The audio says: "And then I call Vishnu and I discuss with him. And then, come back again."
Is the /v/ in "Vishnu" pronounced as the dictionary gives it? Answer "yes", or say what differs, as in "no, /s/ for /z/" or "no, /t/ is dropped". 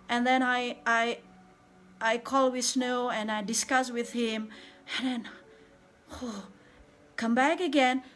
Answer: no, /w/ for /v/